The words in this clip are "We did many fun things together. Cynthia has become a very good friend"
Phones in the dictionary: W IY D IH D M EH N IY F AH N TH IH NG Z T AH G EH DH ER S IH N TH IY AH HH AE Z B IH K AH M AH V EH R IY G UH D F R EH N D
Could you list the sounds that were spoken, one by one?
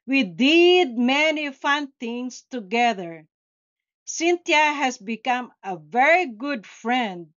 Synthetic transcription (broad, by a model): W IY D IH D M EH N IY F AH N T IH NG S T AH G EH DH ER S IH N T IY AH HH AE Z B IH K AH M AH V EH R IY G UH D F R EH N D